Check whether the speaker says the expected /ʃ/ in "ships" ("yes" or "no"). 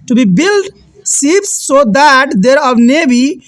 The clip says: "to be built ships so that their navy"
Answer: no